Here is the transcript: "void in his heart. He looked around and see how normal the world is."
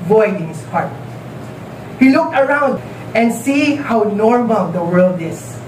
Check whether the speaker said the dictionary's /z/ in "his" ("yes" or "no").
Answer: no